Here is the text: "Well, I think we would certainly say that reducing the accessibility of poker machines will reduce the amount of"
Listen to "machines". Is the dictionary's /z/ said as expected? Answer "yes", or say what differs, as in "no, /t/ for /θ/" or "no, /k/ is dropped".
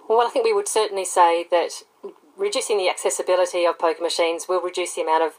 yes